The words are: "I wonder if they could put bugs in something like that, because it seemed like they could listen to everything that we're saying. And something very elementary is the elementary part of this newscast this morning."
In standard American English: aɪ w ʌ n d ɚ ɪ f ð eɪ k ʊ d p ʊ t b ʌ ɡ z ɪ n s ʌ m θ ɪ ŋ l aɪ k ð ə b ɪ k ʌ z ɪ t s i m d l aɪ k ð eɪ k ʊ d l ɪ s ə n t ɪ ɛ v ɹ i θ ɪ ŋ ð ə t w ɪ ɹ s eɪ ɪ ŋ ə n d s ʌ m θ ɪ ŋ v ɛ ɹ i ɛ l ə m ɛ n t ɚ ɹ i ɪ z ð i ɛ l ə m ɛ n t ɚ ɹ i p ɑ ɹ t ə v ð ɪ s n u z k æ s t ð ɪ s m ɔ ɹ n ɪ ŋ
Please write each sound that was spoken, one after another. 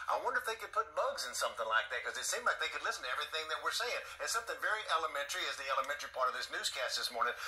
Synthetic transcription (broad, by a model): aɪ w ʌ n d ɚ ɪ f ð eɪ k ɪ d p ʊ t b ʌ ɡ z ɪ n s ʌ m θ ɪ ŋ l aɪ k ð ə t k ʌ z ɪ t s i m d l aɪ k ð eɪ k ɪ d l ɪ s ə n t ɪ ɛ v ɹ i θ ɪ ŋ ð ə t w ɪ ɹ s eɪ ɪ ŋ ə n s ʌ m θ ɪ ŋ v ɛ ɹ i ɛ l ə m ɛ n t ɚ ɹ i ɪ z ð i ɛ l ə m ɛ n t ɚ ɹ i p ɑ ɹ t ə v ð ɪ s n u z k æ s t ð ɪ s m ɔ ɹ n ɪ ŋ